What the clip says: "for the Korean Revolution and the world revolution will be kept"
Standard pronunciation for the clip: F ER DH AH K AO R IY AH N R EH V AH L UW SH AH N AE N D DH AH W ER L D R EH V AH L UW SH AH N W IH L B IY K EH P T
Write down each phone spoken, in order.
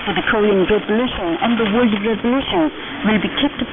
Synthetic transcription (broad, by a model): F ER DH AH K AO R IY AH N R EH V AH L UW SH AH N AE N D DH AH W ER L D R EH V AH L UW SH AH N W IH L B IY K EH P T